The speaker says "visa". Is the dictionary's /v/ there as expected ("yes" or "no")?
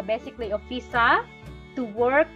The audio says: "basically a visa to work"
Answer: no